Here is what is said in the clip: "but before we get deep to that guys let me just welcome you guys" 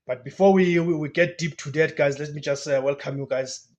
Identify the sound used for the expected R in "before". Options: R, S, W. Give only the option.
W